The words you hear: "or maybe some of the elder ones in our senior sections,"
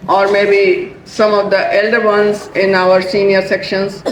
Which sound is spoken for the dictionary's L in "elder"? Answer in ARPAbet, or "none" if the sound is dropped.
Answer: L